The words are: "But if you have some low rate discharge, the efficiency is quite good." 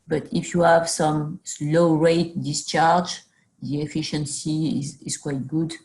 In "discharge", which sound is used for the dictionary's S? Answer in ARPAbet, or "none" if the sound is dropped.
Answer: S